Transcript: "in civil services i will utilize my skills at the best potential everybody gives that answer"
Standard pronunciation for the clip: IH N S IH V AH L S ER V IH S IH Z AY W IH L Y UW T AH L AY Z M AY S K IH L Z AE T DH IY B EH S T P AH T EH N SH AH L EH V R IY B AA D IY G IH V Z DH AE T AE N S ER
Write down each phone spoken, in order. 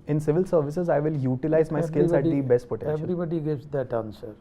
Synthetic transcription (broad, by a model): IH N S IH V AH L S ER V IH S IH Z AY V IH L Y UW T AH L AY Z M AY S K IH L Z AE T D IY B EH S T P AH T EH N AH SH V R IY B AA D IY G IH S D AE T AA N S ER